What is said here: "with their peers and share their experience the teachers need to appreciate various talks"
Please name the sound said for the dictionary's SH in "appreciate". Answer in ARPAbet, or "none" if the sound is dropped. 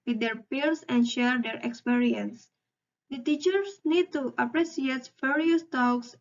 S